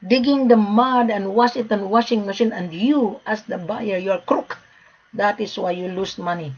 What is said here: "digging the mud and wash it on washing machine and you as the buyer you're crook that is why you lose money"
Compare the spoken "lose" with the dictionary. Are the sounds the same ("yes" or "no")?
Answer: no